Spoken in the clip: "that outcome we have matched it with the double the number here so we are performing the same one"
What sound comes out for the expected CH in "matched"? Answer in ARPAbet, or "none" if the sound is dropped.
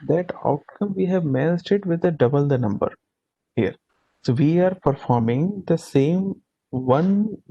S